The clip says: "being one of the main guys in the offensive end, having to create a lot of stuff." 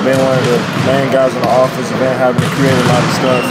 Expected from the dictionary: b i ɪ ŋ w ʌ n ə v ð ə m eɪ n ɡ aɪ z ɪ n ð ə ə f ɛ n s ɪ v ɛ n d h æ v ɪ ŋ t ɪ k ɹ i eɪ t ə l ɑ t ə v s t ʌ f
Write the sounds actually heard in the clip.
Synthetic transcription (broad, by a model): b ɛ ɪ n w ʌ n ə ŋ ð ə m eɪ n ɡ aɪ z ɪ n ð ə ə f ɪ s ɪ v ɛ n h æ v ɪ ŋ t ɪ k ɹ i eɪ t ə l ɑ t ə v s t ʌ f